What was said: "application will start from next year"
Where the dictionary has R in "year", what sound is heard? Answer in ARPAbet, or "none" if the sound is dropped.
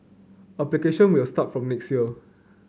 L